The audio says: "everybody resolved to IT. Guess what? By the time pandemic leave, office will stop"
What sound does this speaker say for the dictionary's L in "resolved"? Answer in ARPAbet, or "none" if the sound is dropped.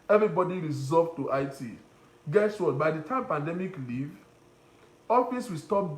none